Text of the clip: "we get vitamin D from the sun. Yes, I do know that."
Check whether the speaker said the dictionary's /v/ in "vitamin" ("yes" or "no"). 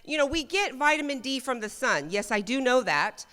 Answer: yes